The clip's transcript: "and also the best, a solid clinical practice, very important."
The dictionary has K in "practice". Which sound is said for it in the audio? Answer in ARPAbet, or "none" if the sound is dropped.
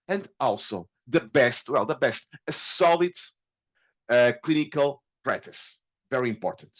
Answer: none